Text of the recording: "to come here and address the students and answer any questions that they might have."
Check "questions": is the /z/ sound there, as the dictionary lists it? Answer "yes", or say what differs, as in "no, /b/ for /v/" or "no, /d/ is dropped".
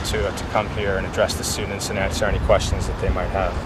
yes